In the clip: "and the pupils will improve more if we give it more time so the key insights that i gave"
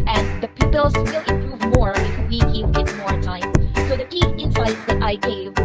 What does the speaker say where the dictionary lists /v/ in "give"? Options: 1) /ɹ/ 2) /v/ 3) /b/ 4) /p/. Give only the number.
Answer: 4